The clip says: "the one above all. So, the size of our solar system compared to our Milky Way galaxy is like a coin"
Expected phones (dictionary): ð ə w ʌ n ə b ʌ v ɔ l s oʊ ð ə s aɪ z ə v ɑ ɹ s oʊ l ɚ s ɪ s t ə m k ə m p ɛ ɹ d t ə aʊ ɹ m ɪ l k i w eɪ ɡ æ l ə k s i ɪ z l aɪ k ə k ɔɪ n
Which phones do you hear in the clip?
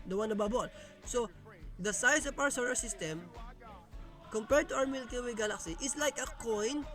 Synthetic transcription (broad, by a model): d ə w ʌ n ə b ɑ b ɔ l s oʊ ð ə s aɪ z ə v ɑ w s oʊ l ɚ s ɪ s t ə m k ə m p ɛ ɹ d t ə aʊ ɹ m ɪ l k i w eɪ ɡ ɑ l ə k s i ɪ s l aɪ k ə k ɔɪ n